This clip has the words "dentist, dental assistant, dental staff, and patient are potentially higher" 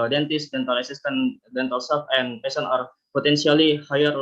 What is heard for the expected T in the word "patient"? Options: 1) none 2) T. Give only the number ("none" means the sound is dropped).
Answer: 1